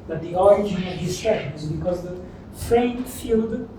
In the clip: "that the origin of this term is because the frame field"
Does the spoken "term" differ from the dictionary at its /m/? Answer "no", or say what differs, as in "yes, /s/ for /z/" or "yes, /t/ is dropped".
yes, /m/ is dropped